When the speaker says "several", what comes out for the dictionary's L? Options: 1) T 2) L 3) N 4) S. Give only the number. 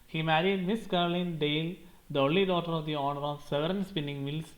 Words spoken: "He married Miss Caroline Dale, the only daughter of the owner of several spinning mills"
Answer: 3